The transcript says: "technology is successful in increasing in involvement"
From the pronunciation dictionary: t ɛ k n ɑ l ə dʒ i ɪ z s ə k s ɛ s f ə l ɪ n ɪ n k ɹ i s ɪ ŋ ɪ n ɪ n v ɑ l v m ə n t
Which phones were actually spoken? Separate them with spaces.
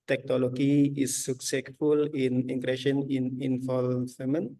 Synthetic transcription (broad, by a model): t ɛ k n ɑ l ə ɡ i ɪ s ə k s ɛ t f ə l ɪ n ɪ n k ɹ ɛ ʃ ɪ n ɪ n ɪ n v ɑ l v m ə n